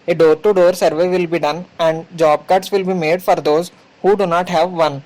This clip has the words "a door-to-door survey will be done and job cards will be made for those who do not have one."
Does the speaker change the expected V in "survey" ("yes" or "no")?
no